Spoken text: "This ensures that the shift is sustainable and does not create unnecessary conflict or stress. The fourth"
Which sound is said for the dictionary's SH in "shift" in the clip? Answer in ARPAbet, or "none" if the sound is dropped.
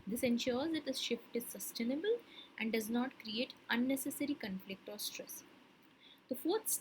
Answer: SH